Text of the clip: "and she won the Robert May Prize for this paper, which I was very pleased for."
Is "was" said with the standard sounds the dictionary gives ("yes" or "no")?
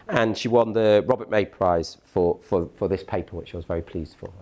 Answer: yes